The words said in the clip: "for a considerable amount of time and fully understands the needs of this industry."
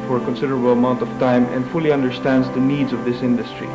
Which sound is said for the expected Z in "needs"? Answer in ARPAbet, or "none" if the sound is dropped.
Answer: Z